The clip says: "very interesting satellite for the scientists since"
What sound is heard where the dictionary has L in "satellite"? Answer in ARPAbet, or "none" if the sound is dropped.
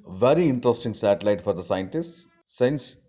L